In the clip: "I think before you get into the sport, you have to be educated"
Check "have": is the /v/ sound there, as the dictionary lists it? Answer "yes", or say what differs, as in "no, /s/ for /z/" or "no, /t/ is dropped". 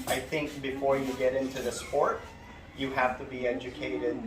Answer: no, /f/ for /v/